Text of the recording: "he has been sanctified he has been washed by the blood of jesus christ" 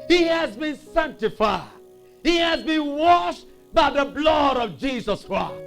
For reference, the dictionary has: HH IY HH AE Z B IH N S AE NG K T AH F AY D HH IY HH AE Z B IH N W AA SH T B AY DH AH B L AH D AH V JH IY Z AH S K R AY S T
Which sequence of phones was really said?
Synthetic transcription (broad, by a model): HH IY HH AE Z B IH N S AE NG K T AH F AY D HH IY HH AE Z B IH N W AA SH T B AY DH AH B L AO D AH V JH IY Z AH S K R AY S